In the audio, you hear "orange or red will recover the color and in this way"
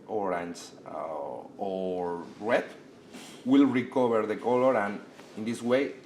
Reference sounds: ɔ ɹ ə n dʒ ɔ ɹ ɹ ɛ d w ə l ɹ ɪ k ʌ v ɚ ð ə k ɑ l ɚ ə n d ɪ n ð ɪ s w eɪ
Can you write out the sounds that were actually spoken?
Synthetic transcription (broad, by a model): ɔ ɹ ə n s ɔ ɹ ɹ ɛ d w ə l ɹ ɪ k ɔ b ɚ ð ə k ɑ l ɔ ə n ɪ n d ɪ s w eɪ